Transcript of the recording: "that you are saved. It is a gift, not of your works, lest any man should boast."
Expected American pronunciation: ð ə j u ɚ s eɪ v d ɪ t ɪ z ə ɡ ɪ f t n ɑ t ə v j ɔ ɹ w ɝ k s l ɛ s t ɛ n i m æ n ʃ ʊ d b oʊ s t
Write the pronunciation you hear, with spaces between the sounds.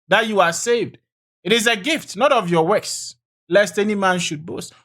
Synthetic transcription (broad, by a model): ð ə j u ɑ s eɪ v d ɪ t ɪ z ə ɡ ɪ f t n ɑ t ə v j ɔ w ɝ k s l ɛ s t ɛ n i m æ n ʃ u d b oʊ s t